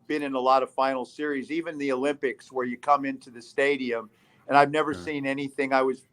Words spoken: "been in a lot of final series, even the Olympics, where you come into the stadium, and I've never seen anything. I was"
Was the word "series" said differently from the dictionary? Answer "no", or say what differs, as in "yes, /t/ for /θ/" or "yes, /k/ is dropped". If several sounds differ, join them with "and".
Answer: no